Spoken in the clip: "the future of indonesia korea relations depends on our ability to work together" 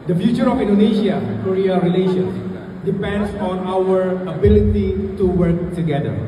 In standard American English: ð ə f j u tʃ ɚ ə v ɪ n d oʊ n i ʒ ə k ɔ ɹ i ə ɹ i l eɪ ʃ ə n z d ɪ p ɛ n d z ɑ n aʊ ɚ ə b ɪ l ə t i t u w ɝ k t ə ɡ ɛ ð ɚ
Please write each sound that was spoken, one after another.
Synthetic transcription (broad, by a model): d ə f j u tʃ ɚ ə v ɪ n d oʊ n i ʃ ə k ɔ ɹ i ə ɹ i l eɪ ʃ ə n s d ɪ p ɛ n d s ɑ n aʊ ɚ ə b ɪ l ə t i t u w ɝ k t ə ɡ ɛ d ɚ